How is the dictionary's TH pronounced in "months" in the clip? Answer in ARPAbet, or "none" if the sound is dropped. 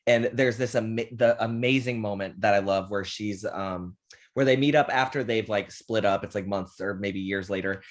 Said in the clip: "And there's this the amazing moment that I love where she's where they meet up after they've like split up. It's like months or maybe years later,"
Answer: TH